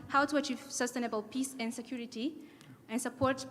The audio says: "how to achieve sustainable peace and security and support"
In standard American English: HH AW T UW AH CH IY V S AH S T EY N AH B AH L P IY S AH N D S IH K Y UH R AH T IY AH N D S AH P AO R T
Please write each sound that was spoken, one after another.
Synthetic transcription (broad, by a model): HH AW T UW AH CH IY V S AH S T EY N AH B AH L P IY S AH N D S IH K Y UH R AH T IY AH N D S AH P AO R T